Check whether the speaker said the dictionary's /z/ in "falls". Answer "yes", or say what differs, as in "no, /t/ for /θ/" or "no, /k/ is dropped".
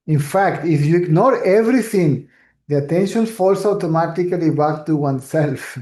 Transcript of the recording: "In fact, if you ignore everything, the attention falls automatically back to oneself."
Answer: no, /s/ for /z/